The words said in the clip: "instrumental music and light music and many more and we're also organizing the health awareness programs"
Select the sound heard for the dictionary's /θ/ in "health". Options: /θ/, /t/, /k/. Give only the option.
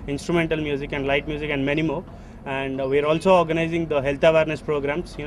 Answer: /t/